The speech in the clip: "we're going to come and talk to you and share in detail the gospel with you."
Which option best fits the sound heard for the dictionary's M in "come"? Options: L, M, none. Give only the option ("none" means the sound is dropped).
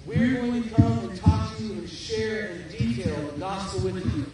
none